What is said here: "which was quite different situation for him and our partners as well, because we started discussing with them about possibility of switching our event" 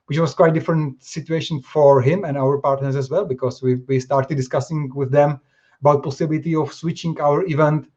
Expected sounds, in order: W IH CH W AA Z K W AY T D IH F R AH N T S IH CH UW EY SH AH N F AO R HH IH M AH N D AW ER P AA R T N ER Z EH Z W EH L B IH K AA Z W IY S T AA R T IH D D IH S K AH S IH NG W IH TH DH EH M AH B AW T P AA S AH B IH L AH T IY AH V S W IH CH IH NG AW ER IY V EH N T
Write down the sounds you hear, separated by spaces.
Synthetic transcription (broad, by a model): W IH CH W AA S K W AY T D IH F R AH N T S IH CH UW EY SH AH N F AO R HH IH M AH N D AW ER P AA R T N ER S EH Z W EH L B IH K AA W W IY S T AA R T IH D D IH S K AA S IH NG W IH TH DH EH M AH B AW T P AA S AH B IH L AH T IY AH F S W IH CH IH NG AW ER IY V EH N T